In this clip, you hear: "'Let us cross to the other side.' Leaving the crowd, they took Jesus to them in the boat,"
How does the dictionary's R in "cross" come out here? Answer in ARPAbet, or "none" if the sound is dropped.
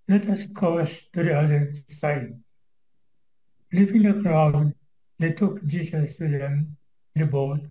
none